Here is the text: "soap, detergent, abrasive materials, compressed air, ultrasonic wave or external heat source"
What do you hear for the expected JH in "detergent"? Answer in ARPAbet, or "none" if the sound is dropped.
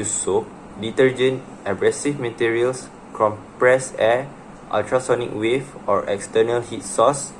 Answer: JH